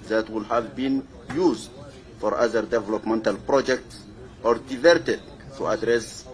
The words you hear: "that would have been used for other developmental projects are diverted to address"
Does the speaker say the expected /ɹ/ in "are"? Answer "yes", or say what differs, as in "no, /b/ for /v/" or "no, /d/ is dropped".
yes